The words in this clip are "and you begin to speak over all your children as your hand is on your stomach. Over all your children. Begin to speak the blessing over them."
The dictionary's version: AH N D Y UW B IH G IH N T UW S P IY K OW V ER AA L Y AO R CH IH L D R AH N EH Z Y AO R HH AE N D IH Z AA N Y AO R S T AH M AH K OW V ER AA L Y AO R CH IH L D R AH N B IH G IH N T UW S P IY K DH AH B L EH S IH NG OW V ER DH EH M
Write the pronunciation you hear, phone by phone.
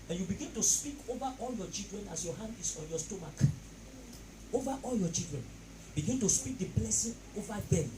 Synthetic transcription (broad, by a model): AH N Y UW B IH G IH N T UW S P IY K OW V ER AA L Y AO CH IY L D R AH N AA S Y AO HH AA N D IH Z AA N Y AO S T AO M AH K OW V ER AA L Y AO CH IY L D R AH N B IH G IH N T UW S P IY K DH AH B L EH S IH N OW V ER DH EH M